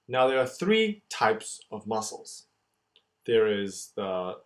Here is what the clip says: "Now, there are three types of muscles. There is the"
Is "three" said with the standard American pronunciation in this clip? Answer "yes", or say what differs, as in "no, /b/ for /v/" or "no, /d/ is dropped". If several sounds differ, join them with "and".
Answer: yes